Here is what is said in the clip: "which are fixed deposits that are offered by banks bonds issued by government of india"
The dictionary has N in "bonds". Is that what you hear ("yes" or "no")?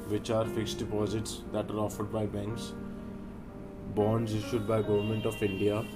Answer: yes